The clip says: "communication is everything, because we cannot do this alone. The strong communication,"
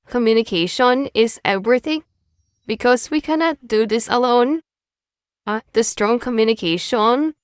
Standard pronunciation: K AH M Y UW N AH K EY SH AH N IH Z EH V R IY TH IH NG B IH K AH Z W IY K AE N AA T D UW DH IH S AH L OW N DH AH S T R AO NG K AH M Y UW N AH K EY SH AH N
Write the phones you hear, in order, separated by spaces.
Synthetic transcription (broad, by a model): K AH M Y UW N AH K EY SH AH N IH Z EH V R IY TH IH NG B IH K AH Z W IY K AE N AA T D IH DH IH S AH L OW N DH AH S T R AO NG K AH M Y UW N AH K EY SH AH N